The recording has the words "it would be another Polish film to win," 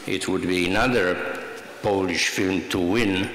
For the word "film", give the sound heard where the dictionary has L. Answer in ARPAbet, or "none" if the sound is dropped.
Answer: L